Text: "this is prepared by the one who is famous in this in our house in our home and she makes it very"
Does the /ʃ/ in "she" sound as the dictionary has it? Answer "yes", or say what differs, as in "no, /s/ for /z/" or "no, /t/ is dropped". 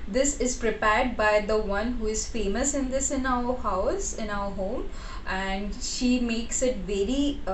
yes